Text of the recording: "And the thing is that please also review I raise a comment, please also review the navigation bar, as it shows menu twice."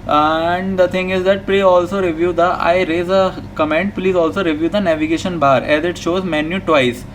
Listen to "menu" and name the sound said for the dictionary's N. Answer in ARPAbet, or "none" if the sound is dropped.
N